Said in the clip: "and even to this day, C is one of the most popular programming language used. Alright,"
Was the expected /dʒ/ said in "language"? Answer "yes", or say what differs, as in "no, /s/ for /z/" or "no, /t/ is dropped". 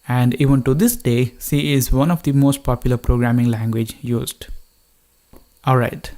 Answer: yes